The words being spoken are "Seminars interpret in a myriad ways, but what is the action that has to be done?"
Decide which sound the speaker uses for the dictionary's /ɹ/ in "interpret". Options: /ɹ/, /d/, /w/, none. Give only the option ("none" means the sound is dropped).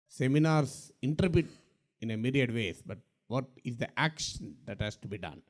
none